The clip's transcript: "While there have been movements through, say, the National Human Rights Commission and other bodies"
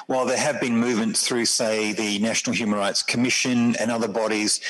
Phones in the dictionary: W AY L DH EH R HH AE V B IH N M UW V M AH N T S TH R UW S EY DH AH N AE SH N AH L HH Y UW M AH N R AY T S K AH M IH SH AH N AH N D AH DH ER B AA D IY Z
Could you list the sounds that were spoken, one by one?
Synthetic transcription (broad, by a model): W AY L DH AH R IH V B IH N M UW V M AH N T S TH R UW S EY DH AH N AE SH N L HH Y UW M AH N R AY T S K AH M IH SH AH N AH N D AH DH ER B AA D IY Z